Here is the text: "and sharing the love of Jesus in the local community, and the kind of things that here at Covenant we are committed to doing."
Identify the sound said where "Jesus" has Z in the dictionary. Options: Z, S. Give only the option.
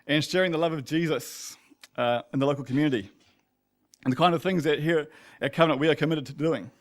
Z